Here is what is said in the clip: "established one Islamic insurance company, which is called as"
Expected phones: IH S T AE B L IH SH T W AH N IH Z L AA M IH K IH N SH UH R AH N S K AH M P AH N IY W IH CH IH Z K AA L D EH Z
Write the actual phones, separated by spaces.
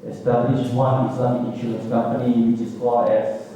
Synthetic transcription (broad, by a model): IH S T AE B L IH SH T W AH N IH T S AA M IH IH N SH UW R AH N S K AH M P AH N IY W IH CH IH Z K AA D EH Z